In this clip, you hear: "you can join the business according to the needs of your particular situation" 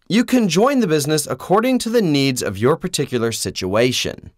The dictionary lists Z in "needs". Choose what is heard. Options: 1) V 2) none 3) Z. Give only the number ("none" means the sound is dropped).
3